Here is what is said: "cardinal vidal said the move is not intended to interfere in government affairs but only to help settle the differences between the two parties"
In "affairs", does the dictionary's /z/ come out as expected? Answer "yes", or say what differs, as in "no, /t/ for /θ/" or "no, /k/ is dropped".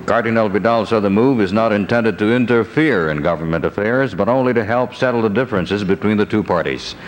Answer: yes